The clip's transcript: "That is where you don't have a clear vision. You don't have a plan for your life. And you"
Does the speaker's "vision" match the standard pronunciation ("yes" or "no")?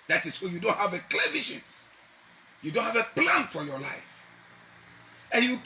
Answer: no